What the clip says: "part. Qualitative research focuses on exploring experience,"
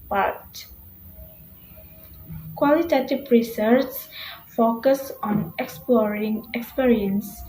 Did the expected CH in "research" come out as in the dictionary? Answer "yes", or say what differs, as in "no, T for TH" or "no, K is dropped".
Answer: no, S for CH